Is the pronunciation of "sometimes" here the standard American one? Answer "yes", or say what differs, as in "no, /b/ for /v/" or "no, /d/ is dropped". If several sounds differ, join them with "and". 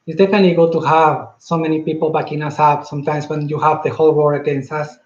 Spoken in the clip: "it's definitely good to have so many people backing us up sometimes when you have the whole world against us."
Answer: no, /s/ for /z/